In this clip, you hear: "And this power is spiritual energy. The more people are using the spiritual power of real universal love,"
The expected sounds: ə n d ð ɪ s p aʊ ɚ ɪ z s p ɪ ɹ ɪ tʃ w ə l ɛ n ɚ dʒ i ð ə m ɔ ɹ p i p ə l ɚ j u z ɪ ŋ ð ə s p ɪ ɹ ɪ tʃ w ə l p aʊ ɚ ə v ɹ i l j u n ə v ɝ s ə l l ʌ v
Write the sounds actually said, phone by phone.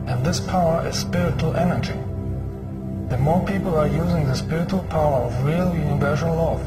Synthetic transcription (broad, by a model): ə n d ð ɪ s p aʊ ɚ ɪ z s p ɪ ɹ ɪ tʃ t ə l ɛ n ɚ dʒ i ð ə m ɔ ɹ p i p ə l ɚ j u z ɪ ŋ ð ə s p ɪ ɹ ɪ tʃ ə l p aʊ ɚ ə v ɹ i l j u n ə v ɝ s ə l l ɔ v